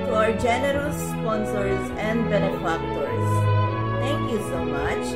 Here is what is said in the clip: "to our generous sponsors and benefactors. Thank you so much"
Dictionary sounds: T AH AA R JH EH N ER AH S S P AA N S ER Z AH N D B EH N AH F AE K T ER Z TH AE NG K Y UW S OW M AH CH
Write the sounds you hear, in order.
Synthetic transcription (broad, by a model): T AA R JH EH N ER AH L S P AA N S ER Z AH N D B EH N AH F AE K T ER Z T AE NG K Y UW S OW M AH CH